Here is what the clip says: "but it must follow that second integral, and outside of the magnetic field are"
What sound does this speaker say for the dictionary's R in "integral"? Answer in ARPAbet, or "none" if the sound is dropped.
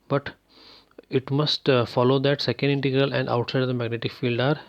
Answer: R